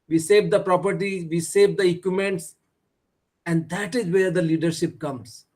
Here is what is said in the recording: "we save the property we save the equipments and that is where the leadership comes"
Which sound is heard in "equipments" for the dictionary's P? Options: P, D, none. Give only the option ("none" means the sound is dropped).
none